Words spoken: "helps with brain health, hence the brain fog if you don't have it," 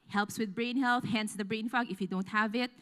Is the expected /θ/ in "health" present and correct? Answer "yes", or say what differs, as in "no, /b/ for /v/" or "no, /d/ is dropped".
yes